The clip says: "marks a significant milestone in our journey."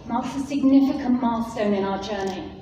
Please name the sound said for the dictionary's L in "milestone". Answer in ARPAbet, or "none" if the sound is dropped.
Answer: none